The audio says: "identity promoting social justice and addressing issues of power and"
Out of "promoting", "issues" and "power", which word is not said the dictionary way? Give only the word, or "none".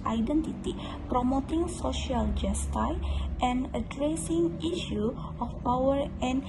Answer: issues